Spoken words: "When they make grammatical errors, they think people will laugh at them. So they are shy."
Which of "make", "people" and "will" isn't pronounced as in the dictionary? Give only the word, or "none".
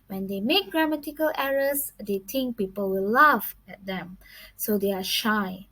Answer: none